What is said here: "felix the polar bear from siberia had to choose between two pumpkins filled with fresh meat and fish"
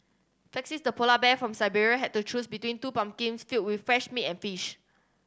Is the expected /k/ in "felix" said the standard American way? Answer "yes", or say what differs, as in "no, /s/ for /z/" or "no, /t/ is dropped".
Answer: no, /k/ is dropped